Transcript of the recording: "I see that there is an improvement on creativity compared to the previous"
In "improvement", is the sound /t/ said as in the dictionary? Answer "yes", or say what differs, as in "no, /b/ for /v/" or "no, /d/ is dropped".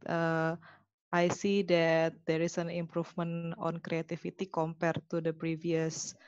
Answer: no, /t/ is dropped